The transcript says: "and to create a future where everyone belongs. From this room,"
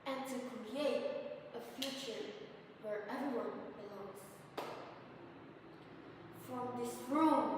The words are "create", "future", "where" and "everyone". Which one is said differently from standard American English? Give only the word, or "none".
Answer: everyone